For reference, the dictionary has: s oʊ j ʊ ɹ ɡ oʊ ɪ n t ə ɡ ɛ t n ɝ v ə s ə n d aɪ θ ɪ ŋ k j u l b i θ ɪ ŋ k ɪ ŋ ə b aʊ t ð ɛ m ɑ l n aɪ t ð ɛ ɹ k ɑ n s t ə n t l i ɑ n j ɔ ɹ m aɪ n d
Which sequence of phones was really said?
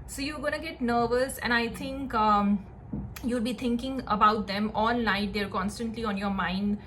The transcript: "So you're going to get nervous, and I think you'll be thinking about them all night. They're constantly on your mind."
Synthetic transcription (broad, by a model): s oʊ j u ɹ ɡ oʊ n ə ɡ ɛ t n ɝ v ə s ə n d aɪ t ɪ ŋ k j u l b i t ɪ ŋ k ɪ ŋ ə b aʊ t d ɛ m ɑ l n aɪ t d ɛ ɹ k ɑ n s t ə n t l i ɑ n j ɔ ɹ m aɪ n d